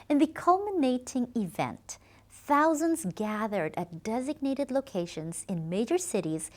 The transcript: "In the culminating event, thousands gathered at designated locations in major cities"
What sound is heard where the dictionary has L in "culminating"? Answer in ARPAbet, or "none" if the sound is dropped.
L